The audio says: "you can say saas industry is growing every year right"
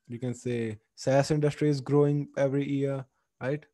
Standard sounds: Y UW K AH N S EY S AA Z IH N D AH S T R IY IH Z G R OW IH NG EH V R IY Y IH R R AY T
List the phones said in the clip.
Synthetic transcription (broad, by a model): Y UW K AH N S EY S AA S IH N D AH S T R IY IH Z G R OW IH NG EH V R IY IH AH R AY T